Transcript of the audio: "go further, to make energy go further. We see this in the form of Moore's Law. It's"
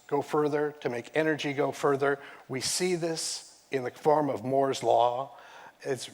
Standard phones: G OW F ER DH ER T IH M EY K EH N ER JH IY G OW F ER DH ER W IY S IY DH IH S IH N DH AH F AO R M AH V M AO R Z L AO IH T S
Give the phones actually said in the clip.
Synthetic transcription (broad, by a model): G OW F ER DH ER T IH M EY K EH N ER JH IY G OW F ER DH ER W IY S IY DH IH S IH N DH AH F AO R M AH V M AO R Z L AO IH T S